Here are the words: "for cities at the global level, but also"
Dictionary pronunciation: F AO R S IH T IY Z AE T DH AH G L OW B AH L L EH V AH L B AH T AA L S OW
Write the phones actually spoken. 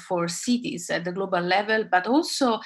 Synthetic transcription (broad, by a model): F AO R S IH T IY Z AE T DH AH G L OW B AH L L EH V AH L B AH T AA L S OW